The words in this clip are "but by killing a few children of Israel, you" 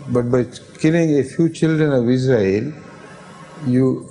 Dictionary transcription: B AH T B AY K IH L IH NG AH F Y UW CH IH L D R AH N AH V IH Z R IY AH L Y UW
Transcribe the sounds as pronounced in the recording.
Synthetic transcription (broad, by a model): B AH T B AY K IH L IH NG AH F Y UW CH IH L D R AH N AH V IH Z R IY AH L Y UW